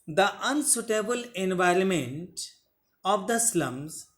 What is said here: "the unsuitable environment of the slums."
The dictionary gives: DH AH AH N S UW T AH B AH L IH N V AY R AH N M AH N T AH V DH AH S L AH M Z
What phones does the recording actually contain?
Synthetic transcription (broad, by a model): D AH AH N S UW T AH B AH L IH N V AY R AH N M AH N T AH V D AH S L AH M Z